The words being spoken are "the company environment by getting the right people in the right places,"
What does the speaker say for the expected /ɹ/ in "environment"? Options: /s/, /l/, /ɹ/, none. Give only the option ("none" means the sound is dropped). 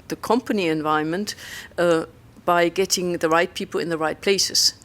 none